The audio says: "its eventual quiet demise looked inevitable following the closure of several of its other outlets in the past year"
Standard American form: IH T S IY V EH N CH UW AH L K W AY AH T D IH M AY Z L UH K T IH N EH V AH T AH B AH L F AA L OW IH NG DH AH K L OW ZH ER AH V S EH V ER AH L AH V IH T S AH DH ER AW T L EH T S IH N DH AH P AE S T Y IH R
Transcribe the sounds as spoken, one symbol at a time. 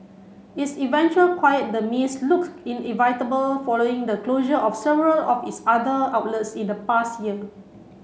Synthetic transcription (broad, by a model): IH T S IY V EH N CH UW AH L K W AY AH T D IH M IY S L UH K IH N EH V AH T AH B AH L F AA L OW IH NG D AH K L OW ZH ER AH F S EH V ER AH L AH F IH T S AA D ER AW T L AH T S IH N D AH P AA S T Y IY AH